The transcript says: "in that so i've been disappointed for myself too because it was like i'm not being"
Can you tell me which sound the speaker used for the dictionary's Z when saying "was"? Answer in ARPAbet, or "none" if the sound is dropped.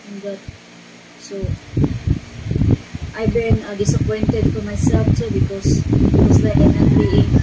S